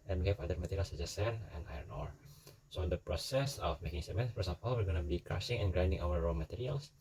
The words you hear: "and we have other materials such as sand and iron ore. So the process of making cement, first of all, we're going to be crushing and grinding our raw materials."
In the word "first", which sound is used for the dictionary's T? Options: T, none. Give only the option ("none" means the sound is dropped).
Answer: none